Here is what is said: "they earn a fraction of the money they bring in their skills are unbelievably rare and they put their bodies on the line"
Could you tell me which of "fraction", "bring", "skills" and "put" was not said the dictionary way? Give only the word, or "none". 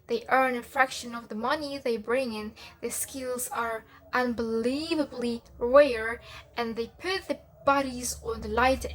none